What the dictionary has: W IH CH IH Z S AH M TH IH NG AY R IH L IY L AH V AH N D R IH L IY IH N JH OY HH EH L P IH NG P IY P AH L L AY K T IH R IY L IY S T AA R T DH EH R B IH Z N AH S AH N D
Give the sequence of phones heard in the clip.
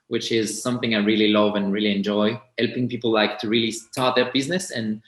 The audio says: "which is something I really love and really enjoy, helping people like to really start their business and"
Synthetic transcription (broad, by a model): W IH CH IH Z S AH M TH IH NG AY R IH L IY L AH V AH N R IH L IY IH N JH OY HH EH L P IH NG P IY P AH L L AY K T IH R IY L IY S T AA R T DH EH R B IH Z N AH S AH N